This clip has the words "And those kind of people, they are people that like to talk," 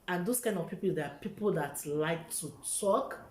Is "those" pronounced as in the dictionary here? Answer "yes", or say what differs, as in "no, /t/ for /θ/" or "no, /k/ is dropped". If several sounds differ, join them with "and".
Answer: no, /s/ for /z/